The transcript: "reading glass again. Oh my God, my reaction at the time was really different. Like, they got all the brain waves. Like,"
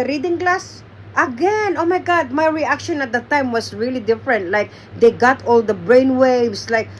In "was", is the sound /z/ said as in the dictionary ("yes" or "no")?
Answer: no